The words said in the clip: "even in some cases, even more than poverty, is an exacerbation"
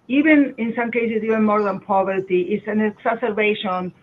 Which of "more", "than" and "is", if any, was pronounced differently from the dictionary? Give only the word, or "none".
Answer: is